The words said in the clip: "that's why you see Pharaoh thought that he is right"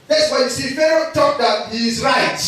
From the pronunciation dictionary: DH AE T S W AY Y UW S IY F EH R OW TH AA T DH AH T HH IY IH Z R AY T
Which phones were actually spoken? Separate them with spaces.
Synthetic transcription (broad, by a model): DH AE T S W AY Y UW S IY F EH R OW T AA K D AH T HH IY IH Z R AY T